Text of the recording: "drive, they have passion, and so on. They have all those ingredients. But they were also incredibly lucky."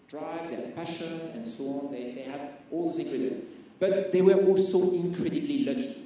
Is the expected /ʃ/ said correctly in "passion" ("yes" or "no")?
yes